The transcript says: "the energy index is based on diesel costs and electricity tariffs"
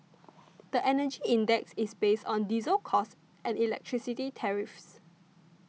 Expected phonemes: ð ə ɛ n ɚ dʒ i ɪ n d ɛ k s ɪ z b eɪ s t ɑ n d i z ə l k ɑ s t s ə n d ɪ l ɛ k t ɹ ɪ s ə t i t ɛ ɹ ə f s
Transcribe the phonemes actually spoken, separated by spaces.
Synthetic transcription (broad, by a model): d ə ɛ n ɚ dʒ i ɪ n d ɛ k s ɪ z b eɪ s t ɑ n d i z ə l k ɑ s t ə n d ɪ l ɛ k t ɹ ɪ s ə t i t ɛ ɹ ə f s